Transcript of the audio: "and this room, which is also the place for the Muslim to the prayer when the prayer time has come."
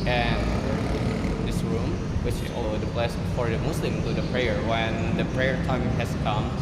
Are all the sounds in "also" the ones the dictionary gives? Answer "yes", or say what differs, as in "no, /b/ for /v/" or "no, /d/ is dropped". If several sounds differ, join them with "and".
no, /s/ is dropped